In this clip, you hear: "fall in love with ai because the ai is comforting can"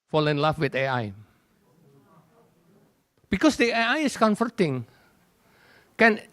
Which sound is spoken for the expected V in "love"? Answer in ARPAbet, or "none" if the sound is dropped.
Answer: F